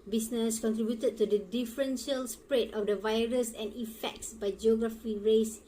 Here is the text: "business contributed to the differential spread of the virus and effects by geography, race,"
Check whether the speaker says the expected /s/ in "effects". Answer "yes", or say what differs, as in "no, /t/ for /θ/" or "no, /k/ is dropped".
yes